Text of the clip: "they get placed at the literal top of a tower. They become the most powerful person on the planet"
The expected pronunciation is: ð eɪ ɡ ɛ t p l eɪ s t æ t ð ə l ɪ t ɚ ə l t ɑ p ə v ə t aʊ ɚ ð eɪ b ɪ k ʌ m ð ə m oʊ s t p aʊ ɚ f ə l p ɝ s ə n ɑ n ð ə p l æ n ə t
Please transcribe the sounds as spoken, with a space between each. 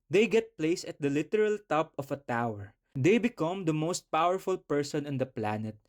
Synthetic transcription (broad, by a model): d eɪ ɡ ɛ t p l eɪ s ʌ t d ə l ɪ t ɚ ə l t ɑ p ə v ə t aʊ ɚ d eɪ b ɪ k ʌ m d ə m oʊ s t p aʊ ɚ f ə l p ɝ s ə n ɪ n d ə p l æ n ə t